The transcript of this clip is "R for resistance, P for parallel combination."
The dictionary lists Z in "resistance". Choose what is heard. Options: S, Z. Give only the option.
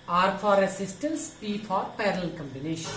S